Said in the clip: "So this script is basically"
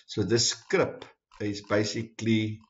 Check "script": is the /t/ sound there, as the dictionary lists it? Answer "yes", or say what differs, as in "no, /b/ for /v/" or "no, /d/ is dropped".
no, /t/ is dropped